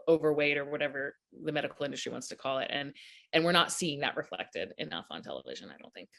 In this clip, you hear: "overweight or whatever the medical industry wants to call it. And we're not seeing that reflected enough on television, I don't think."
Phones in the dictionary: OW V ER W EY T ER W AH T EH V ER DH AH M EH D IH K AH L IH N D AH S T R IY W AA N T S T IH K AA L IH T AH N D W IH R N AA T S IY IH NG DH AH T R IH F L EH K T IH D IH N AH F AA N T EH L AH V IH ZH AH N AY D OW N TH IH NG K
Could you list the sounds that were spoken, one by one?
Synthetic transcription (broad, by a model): OW V ER W EY T ER W AH T EH V ER DH AH M EH D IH K L IH N D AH S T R IY W AA N T S T IH K AA L IH T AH N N W IH R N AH T S IY IH NG DH AH T R IH F L EH K T IH D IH N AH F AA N T EH L AH V IH ZH AH N AY D OW N TH IH NG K